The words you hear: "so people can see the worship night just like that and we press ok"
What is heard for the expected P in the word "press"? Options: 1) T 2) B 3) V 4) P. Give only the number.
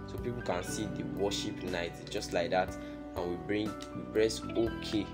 2